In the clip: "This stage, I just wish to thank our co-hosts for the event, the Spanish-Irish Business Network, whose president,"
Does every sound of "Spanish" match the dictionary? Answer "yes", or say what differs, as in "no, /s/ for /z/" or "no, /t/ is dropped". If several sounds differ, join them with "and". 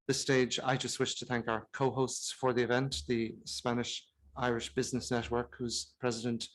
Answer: yes